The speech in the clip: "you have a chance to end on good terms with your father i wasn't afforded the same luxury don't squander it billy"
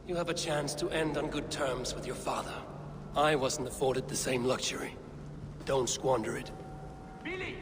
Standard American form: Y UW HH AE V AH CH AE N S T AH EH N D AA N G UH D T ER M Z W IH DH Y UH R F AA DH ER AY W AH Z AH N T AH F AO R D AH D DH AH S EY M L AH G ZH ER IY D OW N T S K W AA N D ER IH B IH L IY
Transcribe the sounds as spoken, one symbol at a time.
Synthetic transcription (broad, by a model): Y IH V AH CH AE N S T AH EH N D N G UH D T ER M Z W IH DH Y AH R F AA DH ER AY W AH Z N T AH F AO R D AH D DH AH S EY M L AH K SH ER IY D OW N T S K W AA N D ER IH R IH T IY